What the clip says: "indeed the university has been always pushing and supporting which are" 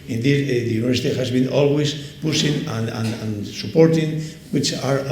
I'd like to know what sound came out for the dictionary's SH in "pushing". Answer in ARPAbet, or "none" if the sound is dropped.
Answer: S